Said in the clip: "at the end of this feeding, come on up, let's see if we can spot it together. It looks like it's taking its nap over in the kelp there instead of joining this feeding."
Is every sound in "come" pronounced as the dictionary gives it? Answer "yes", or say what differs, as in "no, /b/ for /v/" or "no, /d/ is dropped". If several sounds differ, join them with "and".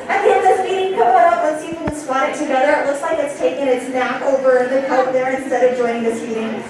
no, /m/ is dropped